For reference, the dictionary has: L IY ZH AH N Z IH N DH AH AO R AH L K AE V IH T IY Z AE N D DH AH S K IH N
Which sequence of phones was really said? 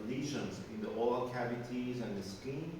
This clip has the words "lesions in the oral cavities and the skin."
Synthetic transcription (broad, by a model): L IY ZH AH N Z IH N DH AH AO L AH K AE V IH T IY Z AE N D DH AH S K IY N